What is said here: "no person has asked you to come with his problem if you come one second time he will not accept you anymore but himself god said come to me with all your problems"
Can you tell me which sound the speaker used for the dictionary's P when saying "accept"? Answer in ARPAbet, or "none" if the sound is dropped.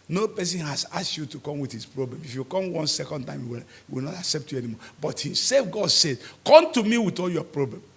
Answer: P